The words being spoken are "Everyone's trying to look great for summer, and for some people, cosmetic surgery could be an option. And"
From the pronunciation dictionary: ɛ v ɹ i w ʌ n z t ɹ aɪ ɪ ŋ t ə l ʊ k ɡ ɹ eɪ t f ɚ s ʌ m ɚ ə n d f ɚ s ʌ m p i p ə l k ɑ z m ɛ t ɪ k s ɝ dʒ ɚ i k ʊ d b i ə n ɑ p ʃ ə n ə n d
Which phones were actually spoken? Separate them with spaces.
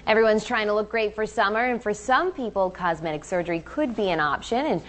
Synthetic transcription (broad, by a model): ɛ v ɹ i w ʌ n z t ɹ aɪ ɪ ŋ t ə l ʊ k ɡ ɹ eɪ t f ɚ s ʌ m ɚ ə n f ɚ s ʌ m p i p l k ɑ z m ɛ t ɪ k s ɝ dʒ ɚ i k ʊ d b i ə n ɑ p ʃ ə n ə n